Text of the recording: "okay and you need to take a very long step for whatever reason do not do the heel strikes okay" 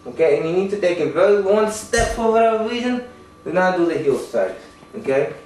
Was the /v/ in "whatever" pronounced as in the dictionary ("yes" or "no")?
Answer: no